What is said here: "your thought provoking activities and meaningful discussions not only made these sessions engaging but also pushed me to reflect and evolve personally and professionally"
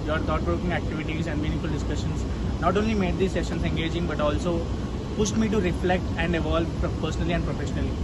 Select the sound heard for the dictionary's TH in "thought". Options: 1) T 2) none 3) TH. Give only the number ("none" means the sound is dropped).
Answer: 1